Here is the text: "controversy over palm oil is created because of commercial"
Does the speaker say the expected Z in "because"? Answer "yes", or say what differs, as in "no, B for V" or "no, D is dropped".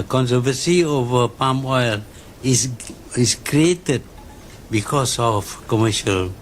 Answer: no, S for Z